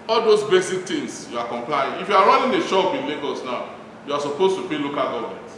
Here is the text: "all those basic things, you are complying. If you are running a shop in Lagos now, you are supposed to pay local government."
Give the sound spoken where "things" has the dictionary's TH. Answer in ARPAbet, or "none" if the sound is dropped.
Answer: T